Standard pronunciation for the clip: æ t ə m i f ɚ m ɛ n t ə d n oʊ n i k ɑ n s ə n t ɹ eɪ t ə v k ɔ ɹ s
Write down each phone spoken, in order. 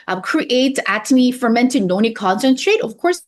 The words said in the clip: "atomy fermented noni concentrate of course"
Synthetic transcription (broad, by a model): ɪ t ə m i f ɚ m ɛ n t ə d n oʊ n i k ɑ n s ə n t ɹ eɪ t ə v k ɔ ɹ s